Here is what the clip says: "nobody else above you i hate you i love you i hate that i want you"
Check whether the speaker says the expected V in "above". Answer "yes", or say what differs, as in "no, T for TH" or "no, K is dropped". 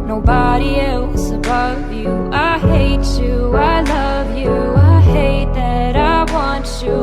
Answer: yes